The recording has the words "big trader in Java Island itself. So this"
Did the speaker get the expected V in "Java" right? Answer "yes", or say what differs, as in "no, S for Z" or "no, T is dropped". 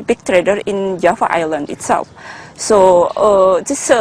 no, F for V